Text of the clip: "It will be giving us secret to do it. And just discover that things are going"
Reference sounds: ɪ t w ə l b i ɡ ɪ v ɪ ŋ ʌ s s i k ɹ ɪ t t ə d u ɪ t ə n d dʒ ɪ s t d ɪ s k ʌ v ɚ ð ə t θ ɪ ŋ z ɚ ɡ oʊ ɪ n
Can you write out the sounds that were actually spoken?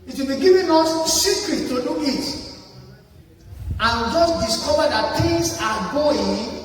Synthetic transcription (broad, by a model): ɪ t w ə l b i ɡ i v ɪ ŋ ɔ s s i k ɹ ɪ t t ə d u ɪ t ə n dʒ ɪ s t d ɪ s k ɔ v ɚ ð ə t t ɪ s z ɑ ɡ oʊ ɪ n